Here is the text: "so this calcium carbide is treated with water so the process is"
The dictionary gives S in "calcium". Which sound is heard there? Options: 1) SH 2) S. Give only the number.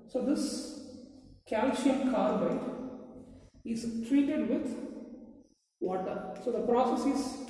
1